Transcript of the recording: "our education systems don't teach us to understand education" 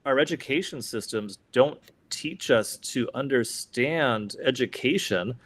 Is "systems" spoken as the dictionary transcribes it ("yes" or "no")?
yes